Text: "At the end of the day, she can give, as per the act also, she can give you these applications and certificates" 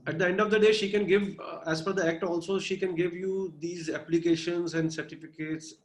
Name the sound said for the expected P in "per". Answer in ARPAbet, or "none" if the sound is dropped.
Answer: F